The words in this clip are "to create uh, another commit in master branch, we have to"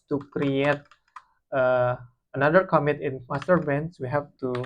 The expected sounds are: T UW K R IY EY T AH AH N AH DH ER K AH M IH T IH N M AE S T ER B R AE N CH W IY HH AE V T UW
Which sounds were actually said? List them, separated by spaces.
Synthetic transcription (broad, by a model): T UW K R IY EY T AH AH N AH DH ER K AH M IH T IH N M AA S T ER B EH N S W IY HH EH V T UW